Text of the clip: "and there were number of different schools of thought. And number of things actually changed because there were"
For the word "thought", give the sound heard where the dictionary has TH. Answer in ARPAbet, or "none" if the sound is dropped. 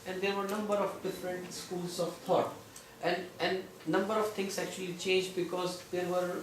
T